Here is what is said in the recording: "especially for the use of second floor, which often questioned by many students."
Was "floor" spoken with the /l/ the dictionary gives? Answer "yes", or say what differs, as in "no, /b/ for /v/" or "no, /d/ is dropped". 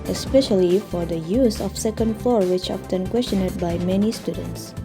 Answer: no, /l/ is dropped